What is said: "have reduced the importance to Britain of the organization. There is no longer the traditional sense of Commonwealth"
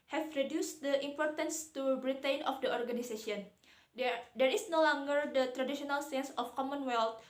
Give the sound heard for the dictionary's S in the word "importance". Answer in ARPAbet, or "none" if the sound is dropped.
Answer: S